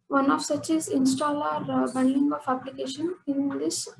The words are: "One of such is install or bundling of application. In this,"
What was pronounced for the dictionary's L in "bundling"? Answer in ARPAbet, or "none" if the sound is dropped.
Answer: none